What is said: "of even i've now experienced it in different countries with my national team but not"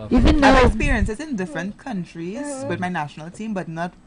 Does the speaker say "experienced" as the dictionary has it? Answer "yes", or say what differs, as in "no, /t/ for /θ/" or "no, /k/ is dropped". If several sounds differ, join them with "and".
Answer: no, /t/ is dropped